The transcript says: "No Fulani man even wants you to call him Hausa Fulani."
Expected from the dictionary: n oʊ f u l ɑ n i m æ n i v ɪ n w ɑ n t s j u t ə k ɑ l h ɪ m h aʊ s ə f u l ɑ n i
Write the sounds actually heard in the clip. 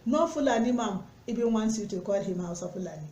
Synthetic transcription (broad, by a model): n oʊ f u l ɑ n i m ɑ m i b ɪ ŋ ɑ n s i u t ə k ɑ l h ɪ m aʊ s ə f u l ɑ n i